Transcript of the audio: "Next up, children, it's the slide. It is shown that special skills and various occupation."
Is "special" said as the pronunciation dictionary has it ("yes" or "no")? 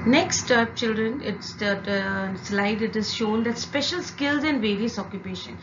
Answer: yes